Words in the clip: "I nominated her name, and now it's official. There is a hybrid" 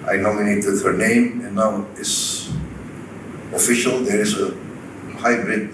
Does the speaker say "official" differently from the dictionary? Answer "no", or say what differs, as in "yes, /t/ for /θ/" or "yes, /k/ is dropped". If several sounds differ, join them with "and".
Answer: no